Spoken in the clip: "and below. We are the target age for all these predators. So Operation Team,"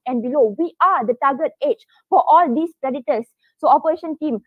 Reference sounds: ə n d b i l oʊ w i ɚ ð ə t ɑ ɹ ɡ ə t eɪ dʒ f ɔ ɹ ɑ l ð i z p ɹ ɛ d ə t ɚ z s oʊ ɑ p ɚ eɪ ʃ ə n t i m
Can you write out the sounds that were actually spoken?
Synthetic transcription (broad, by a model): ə n b i l oʊ w i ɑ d ə t ɑ ɡ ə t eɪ tʃ f ɔ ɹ ɑ l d i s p ɹ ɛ d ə t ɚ s oʊ ɑ p ɚ eɪ ʃ ə n t i m